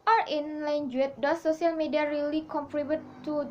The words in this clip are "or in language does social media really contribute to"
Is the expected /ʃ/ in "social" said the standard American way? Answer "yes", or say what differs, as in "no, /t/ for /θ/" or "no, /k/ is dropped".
no, /s/ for /ʃ/